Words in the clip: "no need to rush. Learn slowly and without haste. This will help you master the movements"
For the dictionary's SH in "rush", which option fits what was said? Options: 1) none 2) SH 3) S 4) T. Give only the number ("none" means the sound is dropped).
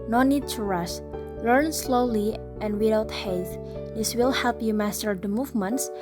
3